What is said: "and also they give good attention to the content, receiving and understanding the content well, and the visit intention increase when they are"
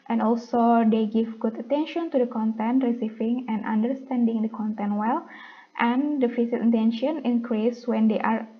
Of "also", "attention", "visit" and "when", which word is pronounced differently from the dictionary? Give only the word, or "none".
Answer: visit